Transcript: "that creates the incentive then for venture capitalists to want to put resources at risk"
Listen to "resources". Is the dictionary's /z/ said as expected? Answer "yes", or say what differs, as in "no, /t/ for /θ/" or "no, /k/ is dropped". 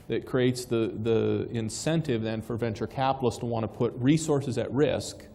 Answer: yes